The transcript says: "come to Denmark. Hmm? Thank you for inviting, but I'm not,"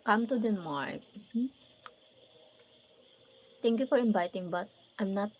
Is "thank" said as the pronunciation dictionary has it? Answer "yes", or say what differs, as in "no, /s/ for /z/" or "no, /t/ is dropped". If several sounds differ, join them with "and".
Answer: no, /t/ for /θ/